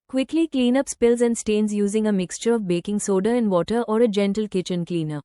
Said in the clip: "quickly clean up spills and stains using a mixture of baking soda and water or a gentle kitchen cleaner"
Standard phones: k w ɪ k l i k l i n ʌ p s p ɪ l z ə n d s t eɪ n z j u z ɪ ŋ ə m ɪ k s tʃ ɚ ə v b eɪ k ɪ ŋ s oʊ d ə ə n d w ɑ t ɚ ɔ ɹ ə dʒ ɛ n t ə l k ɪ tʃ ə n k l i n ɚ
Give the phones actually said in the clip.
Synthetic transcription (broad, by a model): k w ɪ k l i k l i n ʌ p s p ɪ l z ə n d s t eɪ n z j u z ɪ ŋ ə m ɪ k s tʃ ɚ ə v b eɪ k ɪ ŋ s oʊ d ə ə n d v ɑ t ɚ ɔ ɹ ə dʒ ɛ n t ə l k ɪ tʃ ə n k l i n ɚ